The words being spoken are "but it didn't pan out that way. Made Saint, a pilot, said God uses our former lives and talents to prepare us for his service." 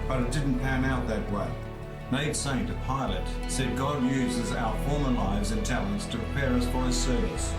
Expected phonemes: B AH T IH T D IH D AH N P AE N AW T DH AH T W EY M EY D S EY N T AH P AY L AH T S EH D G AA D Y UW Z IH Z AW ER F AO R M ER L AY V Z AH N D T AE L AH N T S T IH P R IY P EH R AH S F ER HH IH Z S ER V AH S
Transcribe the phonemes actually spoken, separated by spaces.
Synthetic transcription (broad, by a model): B AH T IH T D IH D N P AE N AW T DH AH T W EY M EY D S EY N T AH P AY L AH T S EH D G AA D Y UW Z IH Z AW ER F AO R M ER L AY V Z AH N T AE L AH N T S T IH P R IY P EH R AH S F ER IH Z S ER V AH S